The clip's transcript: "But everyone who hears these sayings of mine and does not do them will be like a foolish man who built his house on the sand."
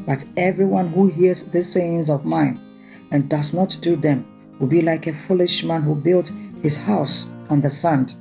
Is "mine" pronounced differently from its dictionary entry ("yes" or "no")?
no